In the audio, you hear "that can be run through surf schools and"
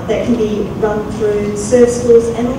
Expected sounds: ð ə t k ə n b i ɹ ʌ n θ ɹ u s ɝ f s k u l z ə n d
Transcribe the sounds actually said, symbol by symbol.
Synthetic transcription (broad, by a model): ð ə t k ə n b i ɹ ʌ n θ ɹ u s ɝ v s k u l z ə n